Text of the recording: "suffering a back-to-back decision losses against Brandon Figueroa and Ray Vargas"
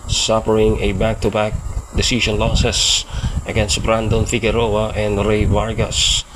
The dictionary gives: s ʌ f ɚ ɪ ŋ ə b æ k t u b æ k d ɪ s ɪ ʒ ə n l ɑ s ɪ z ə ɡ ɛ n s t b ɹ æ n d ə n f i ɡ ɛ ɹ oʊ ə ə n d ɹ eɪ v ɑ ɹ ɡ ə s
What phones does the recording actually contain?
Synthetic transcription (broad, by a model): s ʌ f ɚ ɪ ŋ ə b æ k t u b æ k d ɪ s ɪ ʃ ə n l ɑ s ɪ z ə ɡ ɛ n s t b ɹ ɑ n d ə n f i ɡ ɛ ɹ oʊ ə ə n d ɹ eɪ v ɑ ɹ ɡ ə s